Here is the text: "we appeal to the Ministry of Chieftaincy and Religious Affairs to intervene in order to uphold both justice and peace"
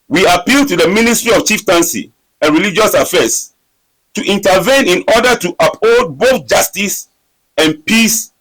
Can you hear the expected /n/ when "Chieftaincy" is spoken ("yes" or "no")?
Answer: yes